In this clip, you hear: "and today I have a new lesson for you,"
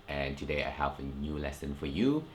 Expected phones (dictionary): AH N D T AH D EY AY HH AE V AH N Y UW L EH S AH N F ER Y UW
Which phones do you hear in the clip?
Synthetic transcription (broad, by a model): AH N T AH D EY AY HH AE V AH N Y UW L EH S AH N F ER Y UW